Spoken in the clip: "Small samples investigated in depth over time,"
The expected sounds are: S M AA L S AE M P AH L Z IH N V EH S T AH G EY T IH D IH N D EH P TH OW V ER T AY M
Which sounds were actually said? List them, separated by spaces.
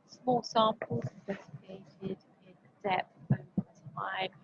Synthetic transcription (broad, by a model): S M AA L S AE M P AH L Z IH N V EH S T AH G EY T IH D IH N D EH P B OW ER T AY